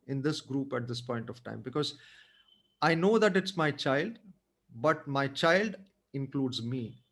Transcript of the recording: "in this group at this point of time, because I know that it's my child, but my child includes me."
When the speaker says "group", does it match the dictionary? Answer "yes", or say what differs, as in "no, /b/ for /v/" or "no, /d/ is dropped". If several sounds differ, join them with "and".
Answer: yes